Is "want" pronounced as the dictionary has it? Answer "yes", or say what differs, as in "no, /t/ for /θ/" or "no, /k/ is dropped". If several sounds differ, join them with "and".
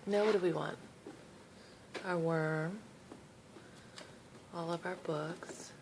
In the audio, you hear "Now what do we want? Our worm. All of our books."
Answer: yes